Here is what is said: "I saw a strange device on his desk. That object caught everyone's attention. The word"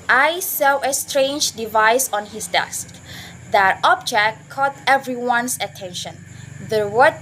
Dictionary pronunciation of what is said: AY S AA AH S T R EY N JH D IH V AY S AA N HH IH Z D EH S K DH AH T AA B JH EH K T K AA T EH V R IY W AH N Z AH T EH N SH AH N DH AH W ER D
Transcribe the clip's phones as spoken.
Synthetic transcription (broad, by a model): AY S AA AH S T R EY N JH D IH V AY S AA N HH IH S D EH S K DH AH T AA B JH EH K T K AA T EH V R IY W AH N S AH T EH N SH AH N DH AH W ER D